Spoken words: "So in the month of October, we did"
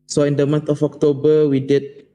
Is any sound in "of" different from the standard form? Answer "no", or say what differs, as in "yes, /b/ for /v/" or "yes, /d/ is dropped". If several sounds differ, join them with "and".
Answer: yes, /f/ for /v/